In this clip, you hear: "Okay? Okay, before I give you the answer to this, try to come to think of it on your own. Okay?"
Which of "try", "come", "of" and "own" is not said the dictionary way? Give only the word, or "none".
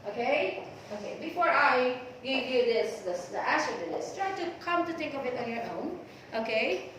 of